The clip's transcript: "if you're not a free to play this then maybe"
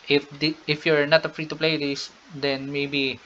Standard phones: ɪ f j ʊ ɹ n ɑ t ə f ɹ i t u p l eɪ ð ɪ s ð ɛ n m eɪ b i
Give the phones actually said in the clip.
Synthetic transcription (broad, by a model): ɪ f j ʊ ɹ n ɑ t ə f ɹ i t u p l eɪ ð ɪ s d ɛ n m eɪ b i